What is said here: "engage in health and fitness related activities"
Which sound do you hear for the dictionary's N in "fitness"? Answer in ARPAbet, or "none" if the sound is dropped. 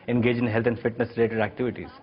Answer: N